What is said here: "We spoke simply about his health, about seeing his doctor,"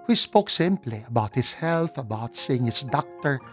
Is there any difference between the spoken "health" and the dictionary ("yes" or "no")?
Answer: no